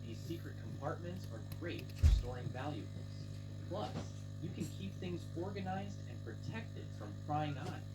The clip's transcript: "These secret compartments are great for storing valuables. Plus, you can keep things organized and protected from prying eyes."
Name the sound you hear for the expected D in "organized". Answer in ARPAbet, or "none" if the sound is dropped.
D